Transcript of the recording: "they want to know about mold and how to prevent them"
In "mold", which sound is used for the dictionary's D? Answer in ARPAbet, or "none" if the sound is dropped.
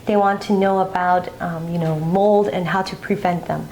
D